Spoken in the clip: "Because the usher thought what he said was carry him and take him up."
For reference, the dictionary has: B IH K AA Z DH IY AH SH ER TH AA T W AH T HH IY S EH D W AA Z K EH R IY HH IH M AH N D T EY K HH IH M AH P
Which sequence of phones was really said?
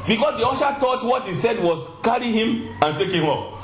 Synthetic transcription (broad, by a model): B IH K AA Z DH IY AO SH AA T AA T W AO T HH IY S EH D W AA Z K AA R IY HH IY M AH N T EY K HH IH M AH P